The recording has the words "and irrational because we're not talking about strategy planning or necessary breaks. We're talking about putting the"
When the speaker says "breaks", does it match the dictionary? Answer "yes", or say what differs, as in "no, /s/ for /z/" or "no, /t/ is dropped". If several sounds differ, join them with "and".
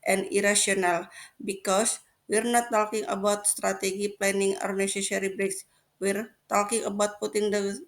yes